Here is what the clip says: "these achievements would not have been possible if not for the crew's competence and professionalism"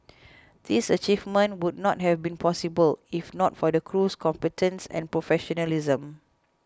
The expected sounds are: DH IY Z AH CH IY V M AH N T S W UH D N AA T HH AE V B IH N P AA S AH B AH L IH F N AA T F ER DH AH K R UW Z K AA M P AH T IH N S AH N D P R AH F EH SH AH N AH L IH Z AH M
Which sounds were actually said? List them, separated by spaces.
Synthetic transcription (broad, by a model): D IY S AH CH IY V M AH N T W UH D N AA T HH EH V B IH N P AA S AH B AH L IH F N AA T F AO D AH K R UW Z K AA M P AH T IH N S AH N P R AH F EH SH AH N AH L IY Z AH M